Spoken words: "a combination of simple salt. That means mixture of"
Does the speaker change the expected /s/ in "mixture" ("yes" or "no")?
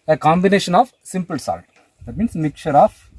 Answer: yes